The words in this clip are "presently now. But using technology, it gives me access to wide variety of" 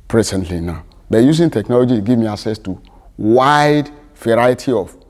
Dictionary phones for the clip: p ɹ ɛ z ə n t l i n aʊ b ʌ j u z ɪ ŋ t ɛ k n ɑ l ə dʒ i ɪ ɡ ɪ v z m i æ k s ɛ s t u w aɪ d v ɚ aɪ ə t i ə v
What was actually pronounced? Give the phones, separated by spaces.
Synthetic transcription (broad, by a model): p ɹ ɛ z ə n t l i n aʊ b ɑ j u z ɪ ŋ t ɛ k n ɑ l ə dʒ i ɡ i v m i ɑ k s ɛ s t u w aɪ d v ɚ aɪ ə t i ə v